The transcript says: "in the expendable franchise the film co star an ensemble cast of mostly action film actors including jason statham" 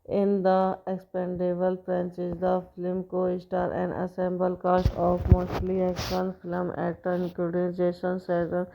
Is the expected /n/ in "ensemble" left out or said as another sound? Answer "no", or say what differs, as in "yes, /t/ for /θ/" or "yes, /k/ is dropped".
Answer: yes, /n/ is dropped